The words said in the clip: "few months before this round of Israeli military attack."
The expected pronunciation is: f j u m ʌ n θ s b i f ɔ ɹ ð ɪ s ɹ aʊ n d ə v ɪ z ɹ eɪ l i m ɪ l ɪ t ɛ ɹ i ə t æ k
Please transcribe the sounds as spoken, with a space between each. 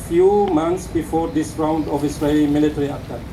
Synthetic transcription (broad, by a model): f j u m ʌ n t s b i f ɔ ɹ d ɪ s ɹ aʊ n d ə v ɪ s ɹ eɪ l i m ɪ l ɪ t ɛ ɹ i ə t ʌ